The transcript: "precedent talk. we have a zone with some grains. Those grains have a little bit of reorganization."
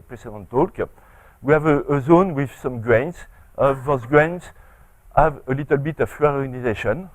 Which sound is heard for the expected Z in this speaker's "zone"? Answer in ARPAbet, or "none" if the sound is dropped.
Z